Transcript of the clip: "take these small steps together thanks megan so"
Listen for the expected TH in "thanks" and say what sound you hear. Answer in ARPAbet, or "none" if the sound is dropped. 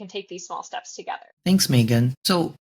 TH